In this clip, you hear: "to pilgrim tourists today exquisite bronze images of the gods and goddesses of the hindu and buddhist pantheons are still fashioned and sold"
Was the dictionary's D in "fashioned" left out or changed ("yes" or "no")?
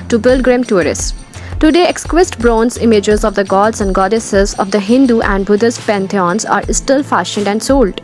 no